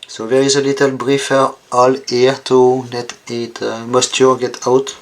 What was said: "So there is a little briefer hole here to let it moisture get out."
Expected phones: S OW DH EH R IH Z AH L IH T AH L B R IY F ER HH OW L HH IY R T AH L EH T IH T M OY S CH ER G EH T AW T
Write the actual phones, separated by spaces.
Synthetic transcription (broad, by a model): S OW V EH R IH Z AH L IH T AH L B R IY F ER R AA L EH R T AH N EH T IH T M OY S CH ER G EH T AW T